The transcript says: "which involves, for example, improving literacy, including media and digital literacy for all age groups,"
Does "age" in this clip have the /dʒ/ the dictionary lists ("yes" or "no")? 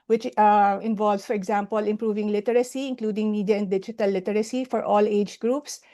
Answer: yes